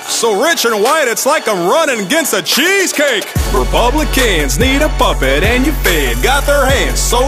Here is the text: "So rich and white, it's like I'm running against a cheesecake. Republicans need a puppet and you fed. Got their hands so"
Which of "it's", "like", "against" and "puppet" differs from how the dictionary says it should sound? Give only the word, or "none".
none